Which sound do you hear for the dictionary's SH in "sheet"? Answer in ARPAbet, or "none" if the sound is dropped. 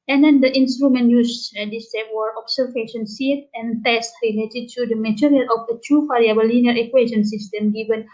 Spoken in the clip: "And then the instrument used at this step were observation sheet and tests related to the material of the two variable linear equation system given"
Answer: S